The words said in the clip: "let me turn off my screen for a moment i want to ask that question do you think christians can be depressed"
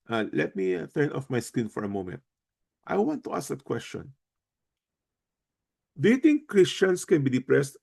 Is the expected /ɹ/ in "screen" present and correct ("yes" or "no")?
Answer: no